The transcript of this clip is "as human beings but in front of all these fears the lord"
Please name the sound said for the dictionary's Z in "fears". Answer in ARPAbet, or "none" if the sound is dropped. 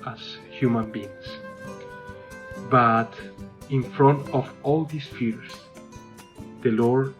S